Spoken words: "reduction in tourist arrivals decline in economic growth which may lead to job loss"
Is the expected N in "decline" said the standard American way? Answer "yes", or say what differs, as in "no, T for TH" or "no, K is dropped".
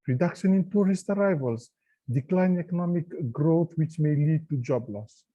no, N is dropped